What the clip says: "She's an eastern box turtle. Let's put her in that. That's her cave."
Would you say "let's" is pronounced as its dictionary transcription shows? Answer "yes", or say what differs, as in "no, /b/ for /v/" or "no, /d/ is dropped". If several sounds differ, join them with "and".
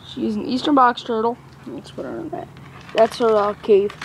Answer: no, /n/ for /l/